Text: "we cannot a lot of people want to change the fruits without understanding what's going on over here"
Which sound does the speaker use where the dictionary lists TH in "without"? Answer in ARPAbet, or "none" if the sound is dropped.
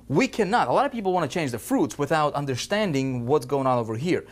TH